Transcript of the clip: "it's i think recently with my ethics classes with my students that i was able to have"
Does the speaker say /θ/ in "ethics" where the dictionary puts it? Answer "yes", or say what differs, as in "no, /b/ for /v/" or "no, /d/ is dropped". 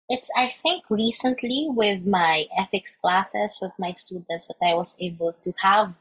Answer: no, /f/ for /θ/